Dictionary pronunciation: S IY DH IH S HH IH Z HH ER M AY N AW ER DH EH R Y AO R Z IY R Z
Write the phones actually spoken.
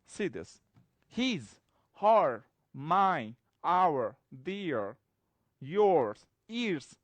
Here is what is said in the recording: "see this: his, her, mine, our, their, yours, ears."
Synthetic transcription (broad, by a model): S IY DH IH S HH IH Z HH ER M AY AW ER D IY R Y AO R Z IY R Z